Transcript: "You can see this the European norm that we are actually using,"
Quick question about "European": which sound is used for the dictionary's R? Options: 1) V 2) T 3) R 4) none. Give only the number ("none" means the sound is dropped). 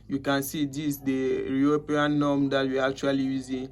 4